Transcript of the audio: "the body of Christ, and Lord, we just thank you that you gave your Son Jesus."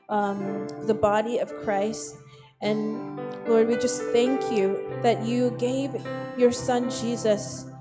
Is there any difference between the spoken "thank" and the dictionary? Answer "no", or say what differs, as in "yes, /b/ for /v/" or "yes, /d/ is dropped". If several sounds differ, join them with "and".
no